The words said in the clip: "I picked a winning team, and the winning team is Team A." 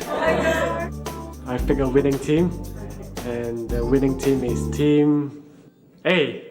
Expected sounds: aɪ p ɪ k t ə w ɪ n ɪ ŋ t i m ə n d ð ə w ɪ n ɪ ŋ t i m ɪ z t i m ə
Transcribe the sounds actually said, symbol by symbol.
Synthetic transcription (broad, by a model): aɪ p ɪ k ə w ɪ n ɪ ŋ t i m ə n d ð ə w ɪ n ɪ ŋ t i m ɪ s t i m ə